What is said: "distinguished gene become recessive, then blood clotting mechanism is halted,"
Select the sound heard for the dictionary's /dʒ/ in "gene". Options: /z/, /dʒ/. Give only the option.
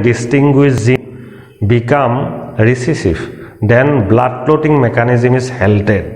/z/